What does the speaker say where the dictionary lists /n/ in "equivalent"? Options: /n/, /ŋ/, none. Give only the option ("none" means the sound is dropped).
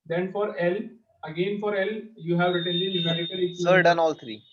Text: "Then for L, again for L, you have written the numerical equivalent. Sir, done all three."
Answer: none